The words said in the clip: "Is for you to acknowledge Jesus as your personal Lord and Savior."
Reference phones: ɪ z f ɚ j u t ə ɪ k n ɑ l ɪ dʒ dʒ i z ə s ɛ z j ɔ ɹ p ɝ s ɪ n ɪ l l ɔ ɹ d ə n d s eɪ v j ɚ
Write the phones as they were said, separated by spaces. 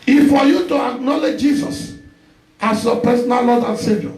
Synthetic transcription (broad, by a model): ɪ f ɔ j u t ə ɪ k n ɑ l ɪ dʒ dʒ i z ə s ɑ s j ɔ p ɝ s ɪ n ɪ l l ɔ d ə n s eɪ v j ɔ